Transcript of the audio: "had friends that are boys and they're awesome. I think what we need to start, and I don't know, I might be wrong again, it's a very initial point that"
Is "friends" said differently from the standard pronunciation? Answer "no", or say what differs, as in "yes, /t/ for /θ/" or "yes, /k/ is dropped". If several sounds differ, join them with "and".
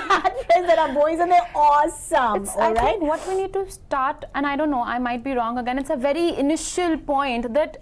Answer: yes, /n/ is dropped